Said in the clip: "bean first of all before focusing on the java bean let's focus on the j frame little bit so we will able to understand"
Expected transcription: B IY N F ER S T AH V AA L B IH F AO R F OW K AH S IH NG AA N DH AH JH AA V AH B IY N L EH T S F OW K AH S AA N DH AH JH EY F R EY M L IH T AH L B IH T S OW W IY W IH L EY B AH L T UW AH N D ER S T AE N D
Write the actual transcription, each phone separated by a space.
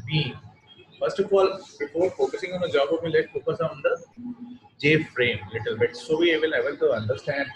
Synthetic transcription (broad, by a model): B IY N F ER S T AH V AA L B IH F AO R F OW K AH S IH NG AA N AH JH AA B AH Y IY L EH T F OW K AH S AA N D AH JH EY F R EY M L IH T AH L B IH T S OW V IY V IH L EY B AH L T UW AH N D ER S T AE N D